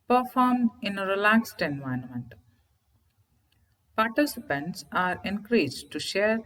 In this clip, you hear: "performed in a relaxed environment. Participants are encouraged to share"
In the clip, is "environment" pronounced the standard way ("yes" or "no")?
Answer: no